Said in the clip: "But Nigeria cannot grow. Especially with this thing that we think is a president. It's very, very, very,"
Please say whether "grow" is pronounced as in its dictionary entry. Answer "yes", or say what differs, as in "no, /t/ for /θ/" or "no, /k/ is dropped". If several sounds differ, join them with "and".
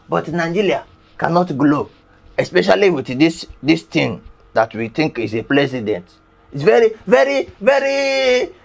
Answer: no, /l/ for /ɹ/